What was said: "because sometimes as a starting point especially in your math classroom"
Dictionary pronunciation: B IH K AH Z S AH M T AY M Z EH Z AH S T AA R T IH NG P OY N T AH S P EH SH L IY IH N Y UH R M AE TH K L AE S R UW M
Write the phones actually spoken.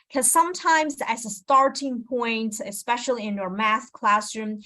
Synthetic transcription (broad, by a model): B K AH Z S AH M T AY M Z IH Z AH S T AA R T IH NG P OY N T AH S P EH SH L IY IH N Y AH R M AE S K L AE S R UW M